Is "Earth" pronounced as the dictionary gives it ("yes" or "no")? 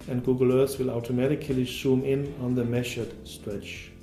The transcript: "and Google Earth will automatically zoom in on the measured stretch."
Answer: no